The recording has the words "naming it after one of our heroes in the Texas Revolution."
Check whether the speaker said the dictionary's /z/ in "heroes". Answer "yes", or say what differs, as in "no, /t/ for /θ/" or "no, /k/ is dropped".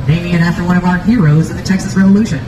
yes